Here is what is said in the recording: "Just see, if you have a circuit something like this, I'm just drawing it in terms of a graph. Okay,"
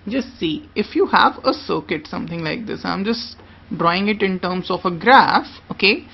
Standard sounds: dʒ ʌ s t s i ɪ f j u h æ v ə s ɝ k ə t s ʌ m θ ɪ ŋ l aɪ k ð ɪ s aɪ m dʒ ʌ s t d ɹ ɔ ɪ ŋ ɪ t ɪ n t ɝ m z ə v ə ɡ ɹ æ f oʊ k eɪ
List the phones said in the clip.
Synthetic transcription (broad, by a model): dʒ ʌ s t s i ɪ f j u h æ v ə s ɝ k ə t s ʌ m t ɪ ŋ l aɪ k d ɪ s aɪ m dʒ ʌ s t d ɹ ɔ ɪ ŋ ɪ t ɪ n t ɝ m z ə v ə ɡ ɹ æ f oʊ k eɪ